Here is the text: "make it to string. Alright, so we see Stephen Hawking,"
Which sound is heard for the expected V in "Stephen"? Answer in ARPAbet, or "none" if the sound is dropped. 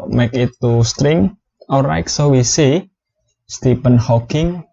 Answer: P